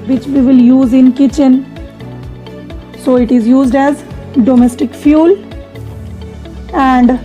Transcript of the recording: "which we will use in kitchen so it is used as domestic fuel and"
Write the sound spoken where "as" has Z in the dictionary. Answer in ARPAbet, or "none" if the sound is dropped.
Z